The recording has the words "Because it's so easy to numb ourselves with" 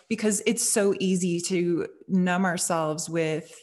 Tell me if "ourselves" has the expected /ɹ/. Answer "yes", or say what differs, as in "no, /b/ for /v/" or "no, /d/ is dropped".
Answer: yes